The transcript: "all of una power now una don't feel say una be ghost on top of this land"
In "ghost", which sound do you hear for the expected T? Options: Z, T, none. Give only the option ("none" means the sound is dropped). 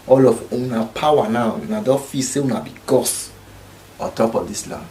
none